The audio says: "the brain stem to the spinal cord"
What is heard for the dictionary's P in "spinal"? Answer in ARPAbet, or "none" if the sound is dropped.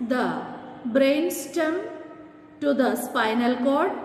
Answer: P